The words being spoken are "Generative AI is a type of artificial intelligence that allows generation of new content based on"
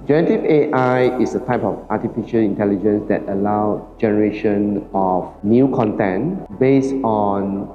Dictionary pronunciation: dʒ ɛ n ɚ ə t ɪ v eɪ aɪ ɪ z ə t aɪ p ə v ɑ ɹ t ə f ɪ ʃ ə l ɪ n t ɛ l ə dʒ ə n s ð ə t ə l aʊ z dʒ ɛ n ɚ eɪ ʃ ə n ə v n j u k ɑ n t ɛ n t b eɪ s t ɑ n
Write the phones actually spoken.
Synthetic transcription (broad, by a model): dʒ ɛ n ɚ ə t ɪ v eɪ aɪ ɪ s ə t aɪ p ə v ɑ t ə f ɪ ʃ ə l ɪ n t ɛ l ə dʒ ə n s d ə t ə l aʊ dʒ ɛ n ɚ eɪ ʃ ə n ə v n j u k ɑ n t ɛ n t b eɪ s t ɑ n